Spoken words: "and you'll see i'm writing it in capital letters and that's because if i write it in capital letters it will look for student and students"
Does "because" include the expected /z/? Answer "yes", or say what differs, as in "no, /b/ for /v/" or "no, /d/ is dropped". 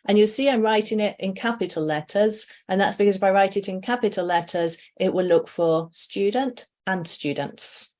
yes